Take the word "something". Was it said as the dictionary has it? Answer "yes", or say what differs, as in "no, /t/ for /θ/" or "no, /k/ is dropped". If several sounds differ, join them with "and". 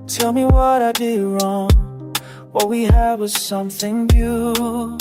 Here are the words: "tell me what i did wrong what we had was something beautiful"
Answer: yes